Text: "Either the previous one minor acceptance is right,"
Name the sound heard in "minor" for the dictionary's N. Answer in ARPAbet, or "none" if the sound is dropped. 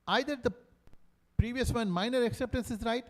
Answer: N